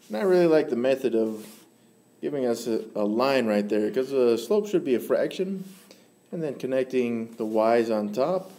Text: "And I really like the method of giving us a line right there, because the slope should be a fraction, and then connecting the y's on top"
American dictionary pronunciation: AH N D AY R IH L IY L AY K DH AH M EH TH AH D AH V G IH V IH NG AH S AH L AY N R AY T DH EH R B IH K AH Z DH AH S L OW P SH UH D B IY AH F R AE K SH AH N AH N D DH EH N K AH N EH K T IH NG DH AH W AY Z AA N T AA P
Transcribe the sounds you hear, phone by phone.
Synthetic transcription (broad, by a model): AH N AY R IH L IY L AY K DH AH M EH TH AH D AH V G IH V IH NG AH S AH L AY N R AY T DH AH R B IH K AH Z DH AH S L OW P SH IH D B IY AH F R AE K SH AH N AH N DH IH N K AH N EH K T IH NG DH AH W AY Z N T AA P